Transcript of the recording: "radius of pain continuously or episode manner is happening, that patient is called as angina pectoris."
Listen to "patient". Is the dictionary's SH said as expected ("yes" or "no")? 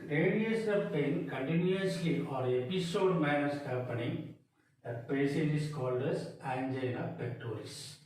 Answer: no